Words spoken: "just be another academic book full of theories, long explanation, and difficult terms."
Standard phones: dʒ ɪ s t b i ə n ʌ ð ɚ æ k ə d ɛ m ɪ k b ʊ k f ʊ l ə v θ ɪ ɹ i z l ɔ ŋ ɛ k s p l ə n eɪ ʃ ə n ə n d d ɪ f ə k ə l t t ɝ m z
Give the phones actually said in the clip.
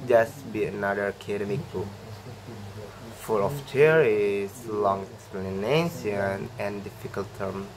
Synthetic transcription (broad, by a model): dʒ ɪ s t b i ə n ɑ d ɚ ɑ k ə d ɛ m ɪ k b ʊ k f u l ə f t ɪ ɹ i s l ɔ ŋ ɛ k s p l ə n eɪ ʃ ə n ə n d d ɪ f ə k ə l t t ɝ m